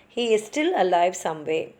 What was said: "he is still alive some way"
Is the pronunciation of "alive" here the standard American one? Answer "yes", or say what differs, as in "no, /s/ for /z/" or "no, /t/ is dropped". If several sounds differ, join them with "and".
yes